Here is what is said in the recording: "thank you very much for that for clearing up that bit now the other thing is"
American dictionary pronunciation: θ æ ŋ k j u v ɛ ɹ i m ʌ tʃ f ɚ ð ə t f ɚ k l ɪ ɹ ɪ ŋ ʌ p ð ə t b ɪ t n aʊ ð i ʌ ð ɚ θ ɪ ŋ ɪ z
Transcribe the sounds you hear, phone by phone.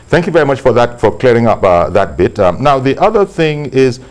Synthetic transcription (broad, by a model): θ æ ŋ k j u v ɛ ɹ i m ʌ tʃ f ɚ ð ə t f ɚ k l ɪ ɹ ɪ ŋ ʌ p ð ə t b ɪ t n aʊ ð i ʌ ð ɚ θ ɪ ŋ ɪ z